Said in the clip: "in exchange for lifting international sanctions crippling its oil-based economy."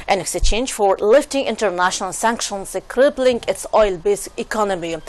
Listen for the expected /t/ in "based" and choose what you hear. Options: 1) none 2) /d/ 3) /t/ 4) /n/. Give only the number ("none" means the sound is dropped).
1